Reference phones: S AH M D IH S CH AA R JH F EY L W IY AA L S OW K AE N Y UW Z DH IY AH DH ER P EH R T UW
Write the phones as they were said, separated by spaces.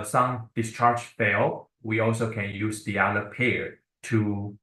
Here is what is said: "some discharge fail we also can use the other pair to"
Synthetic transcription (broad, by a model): S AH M D IH S CH AA R JH F EY L W IY AA L S OW K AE N Y UW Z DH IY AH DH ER P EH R T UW